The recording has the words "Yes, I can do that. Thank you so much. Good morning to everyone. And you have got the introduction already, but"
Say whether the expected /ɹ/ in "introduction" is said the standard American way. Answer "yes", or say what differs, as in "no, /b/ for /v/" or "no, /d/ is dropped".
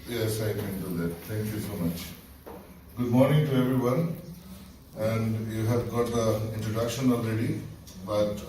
yes